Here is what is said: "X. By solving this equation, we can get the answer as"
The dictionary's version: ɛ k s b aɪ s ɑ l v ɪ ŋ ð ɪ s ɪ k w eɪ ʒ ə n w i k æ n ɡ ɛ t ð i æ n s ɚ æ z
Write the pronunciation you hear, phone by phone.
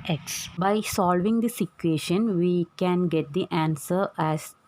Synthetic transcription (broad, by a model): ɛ k s b aɪ s ɑ l v ɪ ŋ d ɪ s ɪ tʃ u eɪ ʃ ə n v i k æ n ɡ ɛ t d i æ n s ɚ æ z